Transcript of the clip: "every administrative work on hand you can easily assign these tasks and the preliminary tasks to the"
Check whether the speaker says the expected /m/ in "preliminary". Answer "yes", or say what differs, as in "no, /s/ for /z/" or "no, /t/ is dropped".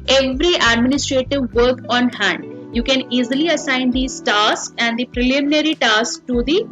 yes